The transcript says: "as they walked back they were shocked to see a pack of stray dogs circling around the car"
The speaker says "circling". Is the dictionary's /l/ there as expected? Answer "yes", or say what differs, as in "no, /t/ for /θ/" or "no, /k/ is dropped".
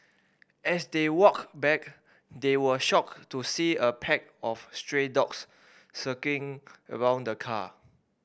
no, /l/ is dropped